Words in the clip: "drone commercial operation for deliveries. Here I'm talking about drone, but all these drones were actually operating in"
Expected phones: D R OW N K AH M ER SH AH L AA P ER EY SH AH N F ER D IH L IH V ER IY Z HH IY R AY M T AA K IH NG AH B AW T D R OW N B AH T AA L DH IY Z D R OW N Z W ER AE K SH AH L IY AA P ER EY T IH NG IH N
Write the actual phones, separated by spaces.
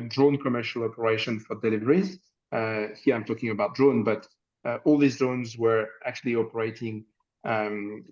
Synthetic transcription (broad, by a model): D R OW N K AH M ER SH AH L AA P ER EY SH AH N F ER D IH L IH V ER IY Z HH IY R AY M T AA K IH NG AH B AW T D R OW N B AH T AA L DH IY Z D OW N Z W ER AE K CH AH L IY AA P ER EY T IH NG